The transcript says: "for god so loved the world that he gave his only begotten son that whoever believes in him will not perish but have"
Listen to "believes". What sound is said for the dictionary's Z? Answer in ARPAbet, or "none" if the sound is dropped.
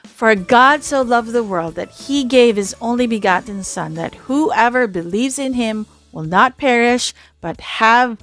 Z